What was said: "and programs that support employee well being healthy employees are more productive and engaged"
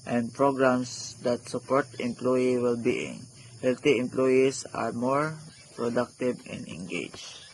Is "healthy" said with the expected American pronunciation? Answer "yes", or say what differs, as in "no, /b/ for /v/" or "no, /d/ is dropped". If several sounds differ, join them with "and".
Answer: no, /t/ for /θ/